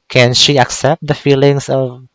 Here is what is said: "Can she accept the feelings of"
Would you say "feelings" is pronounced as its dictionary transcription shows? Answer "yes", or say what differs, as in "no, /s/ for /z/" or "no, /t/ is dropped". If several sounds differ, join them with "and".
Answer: no, /s/ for /z/